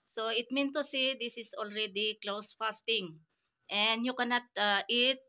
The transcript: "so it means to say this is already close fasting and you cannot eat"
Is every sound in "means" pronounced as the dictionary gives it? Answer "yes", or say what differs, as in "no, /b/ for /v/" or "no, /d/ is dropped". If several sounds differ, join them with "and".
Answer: no, /z/ is dropped